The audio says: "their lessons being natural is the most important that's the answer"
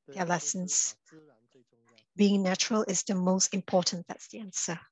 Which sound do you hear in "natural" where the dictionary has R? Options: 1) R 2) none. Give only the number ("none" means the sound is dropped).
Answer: 1